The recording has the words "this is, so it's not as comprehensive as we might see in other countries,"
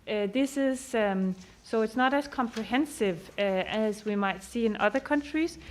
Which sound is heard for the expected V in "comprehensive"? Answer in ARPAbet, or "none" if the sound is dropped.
V